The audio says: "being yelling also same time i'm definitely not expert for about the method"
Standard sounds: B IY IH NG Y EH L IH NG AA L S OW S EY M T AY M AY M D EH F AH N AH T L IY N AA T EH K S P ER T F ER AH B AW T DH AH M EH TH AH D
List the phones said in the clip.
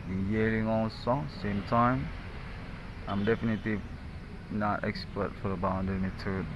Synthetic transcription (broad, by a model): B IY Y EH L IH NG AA N S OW S EY M T AY M AY M D EH F AH N AH T L IY N AA T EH K S P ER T F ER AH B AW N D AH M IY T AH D